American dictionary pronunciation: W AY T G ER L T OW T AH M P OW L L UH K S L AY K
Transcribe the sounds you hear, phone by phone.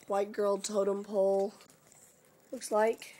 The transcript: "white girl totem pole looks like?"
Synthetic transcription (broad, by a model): W AY T G ER L T OW T AH M P OW L L UH K S L AY K